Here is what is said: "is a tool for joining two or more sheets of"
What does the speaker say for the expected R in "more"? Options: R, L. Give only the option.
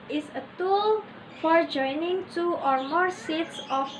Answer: R